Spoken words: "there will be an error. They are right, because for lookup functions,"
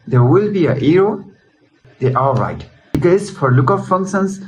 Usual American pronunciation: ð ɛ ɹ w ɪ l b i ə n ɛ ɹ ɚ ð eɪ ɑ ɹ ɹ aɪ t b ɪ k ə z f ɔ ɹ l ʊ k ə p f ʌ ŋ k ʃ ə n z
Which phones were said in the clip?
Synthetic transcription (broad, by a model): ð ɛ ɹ w ɪ l b i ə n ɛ ɹ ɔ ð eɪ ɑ l ɹ aɪ t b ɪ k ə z f ɔ ɹ l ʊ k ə f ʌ ŋ k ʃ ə n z